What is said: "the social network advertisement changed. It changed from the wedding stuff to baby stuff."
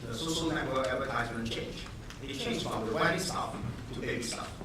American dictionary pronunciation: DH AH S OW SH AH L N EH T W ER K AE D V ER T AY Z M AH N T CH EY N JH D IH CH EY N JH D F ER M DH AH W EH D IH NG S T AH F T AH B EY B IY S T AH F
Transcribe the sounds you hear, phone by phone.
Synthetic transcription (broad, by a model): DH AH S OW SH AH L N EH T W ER AE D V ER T AY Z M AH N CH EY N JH IH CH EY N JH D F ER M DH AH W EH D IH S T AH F T AH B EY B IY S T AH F